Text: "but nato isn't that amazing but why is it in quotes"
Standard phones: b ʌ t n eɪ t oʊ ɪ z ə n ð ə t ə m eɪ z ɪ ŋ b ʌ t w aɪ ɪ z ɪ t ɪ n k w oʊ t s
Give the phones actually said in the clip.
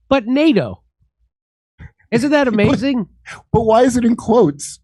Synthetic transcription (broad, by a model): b ʌ t n eɪ t oʊ ɪ z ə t ð ə t ə m eɪ z ɪ ŋ b ʌ t w aɪ ɪ z ɪ t ɪ n k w oʊ t s